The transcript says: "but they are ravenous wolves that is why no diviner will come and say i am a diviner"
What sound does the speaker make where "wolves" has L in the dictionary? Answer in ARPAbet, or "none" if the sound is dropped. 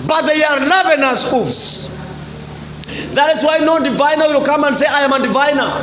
none